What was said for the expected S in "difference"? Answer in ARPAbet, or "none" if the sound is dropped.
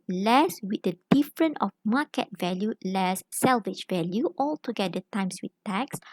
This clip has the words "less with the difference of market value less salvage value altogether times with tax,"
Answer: none